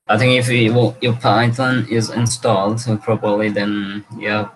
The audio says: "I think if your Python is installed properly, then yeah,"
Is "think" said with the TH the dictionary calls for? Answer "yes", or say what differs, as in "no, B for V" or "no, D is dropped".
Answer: yes